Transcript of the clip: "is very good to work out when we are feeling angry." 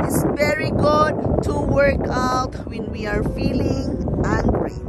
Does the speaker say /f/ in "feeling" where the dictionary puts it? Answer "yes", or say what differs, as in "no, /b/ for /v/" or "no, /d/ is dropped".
yes